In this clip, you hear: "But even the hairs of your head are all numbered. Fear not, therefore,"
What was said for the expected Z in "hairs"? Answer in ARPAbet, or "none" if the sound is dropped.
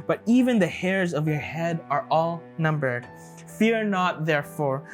Z